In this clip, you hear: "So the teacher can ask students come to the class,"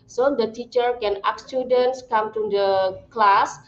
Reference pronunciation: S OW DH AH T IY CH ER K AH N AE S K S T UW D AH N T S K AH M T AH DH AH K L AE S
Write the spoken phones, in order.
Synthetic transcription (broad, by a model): S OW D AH T IY CH ER K AH N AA K S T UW D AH N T S K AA M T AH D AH K L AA S